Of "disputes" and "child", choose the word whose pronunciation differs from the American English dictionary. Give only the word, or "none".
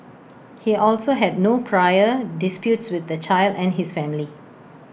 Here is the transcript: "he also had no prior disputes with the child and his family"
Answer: none